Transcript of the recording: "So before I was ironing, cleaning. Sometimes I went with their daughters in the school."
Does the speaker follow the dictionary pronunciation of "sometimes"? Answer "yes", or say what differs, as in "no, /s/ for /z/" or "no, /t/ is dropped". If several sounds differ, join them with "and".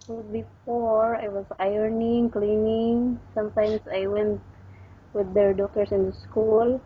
no, /s/ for /z/